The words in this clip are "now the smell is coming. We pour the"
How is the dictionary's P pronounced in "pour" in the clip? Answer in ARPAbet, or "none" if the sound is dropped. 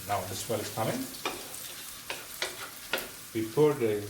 F